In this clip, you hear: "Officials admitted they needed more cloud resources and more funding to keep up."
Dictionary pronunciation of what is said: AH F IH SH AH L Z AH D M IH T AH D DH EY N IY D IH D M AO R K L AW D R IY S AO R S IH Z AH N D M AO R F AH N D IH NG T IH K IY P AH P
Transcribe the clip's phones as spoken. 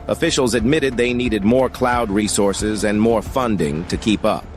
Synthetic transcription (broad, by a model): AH F IH SH L Z AH D M IH T AH D DH EY N IY D IH D M AO R K L AW D R IY S AO R S IH Z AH N M AO R F AH N D IH NG T IH K IY P AH P